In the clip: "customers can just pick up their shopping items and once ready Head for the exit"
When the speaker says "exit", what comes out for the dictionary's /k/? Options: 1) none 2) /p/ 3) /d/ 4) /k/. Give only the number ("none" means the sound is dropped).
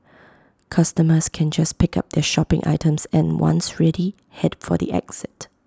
4